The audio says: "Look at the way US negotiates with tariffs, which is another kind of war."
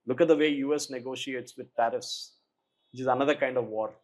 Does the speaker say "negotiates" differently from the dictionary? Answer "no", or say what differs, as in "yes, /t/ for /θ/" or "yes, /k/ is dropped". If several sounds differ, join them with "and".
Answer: no